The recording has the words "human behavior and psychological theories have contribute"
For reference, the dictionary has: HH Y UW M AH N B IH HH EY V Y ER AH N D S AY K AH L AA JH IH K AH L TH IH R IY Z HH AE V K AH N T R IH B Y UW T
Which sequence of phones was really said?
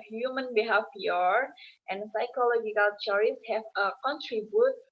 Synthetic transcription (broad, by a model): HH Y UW M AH N B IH HH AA F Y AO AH N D S AY K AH L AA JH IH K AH L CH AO R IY S HH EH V K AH N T R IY B Y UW T